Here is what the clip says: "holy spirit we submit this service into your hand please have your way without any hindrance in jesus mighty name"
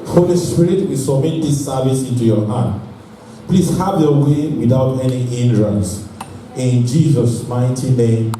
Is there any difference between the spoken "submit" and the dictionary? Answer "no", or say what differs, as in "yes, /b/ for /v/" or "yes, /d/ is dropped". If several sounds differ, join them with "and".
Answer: yes, /b/ is dropped